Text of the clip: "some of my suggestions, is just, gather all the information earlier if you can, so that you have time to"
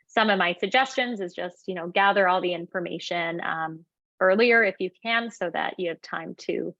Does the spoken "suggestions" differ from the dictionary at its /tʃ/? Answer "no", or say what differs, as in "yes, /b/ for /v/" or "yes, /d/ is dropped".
no